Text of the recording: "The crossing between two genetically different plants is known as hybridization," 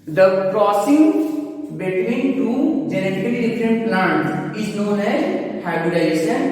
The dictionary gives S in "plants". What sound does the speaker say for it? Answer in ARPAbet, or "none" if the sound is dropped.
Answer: none